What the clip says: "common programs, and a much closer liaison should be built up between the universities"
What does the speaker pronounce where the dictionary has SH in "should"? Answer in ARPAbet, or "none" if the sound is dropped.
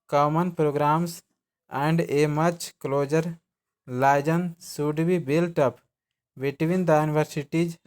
S